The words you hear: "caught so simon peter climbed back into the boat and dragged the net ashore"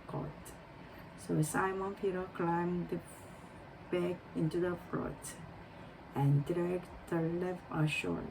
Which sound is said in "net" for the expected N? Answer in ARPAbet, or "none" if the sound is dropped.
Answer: L